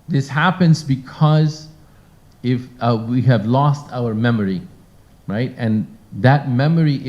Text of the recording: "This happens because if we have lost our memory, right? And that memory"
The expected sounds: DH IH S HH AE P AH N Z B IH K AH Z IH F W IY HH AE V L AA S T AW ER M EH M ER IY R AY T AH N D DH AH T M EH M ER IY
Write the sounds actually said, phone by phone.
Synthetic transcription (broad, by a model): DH IH S HH AE P AH N Z B IH K AH Z IH F W IY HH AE V L AA S T AW ER M EH M ER IY R AY T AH N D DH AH T M EH M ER IY